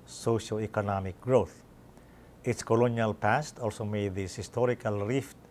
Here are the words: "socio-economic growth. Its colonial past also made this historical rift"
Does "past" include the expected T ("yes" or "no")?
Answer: yes